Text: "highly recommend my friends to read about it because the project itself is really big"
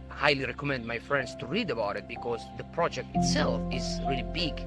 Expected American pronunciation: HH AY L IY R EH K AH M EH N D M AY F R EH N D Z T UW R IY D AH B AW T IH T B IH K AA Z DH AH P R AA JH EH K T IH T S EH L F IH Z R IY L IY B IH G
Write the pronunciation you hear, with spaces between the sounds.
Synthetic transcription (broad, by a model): HH AY L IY R EH K AH M EH N D M AY F R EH N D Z T UW R IY D AH B AW T IH T B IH K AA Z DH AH P R AA JH EH K T IH T S EH L F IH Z R IY L IY B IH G